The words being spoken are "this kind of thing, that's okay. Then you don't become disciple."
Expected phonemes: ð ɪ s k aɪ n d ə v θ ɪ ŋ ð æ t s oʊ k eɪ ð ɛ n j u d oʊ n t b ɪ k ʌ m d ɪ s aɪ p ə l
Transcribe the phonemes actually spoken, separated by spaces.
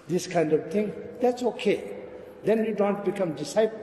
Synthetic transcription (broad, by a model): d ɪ s k aɪ n d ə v t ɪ ŋ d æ t s oʊ k eɪ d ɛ n j u d oʊ n t b ɪ k ʌ m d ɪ s aɪ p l